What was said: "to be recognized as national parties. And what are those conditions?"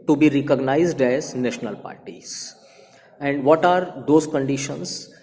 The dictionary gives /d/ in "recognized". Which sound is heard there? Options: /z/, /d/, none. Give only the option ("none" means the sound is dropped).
/d/